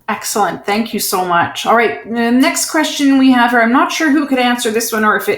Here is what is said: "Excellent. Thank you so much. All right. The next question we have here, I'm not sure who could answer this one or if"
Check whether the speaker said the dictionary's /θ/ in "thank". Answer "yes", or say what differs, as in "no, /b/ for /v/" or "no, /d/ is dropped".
yes